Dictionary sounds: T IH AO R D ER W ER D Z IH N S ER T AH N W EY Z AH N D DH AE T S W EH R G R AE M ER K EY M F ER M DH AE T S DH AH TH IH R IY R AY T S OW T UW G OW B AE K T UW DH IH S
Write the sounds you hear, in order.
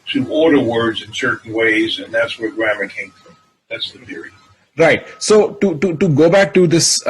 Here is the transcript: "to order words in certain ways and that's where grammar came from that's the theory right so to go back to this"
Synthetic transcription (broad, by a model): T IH AO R D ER W ER D Z IH N S ER T N W EY Z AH N DH AE T S W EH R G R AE M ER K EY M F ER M DH AE T S DH AH TH IH R IY R AY T S OW T UW G OW B AE K T UW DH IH S